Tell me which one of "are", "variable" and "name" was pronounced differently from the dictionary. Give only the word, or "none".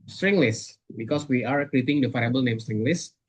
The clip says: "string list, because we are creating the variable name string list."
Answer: variable